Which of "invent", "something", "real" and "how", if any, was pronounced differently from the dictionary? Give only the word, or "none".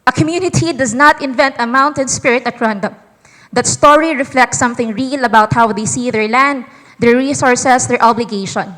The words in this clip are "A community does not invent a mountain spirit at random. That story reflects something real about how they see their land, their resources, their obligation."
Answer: none